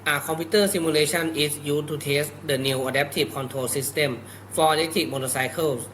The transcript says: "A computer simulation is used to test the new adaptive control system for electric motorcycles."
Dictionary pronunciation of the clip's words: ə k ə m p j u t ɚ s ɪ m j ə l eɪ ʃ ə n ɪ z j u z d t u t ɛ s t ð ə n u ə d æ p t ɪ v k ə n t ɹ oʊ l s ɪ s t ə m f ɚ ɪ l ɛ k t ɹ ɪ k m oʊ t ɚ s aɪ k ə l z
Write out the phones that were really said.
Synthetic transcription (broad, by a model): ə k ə m p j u t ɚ s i m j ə l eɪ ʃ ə n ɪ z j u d t u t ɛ s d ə n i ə d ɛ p t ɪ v k ə n t ɹ oʊ l s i s t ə m f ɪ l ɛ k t ɪ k m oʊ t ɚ s aɪ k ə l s